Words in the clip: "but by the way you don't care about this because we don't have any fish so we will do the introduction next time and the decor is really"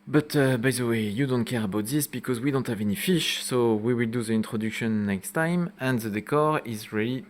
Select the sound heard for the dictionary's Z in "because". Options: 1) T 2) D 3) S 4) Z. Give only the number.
4